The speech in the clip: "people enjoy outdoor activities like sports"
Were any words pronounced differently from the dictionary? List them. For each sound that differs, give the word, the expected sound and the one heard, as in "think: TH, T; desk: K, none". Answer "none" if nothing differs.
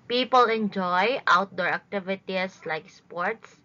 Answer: activities: Z, S